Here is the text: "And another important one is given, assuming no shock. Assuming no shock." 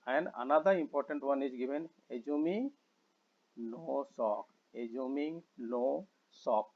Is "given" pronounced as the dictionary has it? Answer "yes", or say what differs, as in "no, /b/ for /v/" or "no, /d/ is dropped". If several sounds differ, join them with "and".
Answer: no, /b/ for /v/